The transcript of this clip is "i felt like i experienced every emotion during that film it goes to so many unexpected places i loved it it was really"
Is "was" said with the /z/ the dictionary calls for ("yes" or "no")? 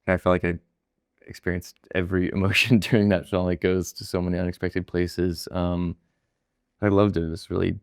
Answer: no